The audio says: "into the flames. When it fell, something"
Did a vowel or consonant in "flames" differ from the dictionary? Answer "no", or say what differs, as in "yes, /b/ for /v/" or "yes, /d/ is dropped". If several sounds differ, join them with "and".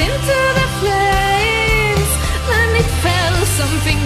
yes, /p/ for /f/